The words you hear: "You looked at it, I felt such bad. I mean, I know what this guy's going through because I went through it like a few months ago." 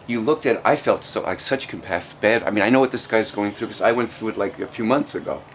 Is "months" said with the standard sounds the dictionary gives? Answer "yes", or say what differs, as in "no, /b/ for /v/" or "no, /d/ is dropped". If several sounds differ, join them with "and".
yes